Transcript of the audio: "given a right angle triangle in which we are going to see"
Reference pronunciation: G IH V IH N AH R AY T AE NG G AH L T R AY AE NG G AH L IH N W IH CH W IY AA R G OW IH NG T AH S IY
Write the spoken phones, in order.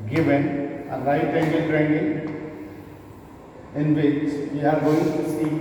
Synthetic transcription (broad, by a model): G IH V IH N AH L AY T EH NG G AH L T R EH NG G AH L IH N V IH CH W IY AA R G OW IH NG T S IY